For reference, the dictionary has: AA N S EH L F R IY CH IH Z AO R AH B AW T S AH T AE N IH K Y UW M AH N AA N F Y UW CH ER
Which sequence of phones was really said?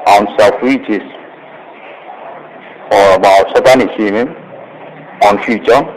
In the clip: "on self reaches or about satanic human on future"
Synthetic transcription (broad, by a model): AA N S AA F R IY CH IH S AO R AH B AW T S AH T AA N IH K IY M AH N AA N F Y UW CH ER